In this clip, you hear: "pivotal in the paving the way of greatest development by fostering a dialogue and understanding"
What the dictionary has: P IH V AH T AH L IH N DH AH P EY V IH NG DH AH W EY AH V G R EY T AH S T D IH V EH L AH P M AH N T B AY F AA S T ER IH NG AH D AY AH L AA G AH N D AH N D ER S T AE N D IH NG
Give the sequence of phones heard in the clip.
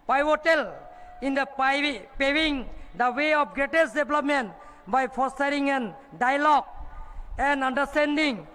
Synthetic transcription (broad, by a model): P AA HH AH T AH L IH N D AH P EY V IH NG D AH W EY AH P G R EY T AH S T D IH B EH L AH P M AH N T B AY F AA S T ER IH NG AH D AY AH L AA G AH N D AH N D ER S T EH N D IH NG